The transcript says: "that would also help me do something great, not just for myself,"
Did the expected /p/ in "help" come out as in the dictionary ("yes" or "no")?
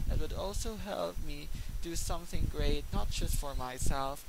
yes